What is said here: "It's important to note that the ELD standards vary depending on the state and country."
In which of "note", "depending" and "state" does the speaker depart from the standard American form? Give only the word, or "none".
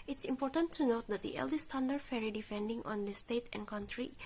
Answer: depending